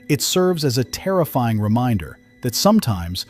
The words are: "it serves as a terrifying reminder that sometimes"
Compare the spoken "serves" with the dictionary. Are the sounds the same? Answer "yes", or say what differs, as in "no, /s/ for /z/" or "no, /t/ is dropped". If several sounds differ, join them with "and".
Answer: yes